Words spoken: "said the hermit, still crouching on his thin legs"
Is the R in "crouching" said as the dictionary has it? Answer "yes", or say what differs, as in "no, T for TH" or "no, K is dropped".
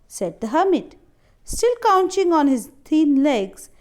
no, R is dropped